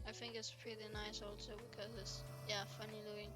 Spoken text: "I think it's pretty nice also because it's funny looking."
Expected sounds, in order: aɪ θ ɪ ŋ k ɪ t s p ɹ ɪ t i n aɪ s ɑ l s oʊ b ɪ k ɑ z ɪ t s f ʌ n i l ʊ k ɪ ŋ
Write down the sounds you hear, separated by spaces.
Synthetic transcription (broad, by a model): aɪ θ ɪ ŋ k ɪ t s p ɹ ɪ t i n aɪ s ɑ l s oʊ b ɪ k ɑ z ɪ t s f ʌ n i l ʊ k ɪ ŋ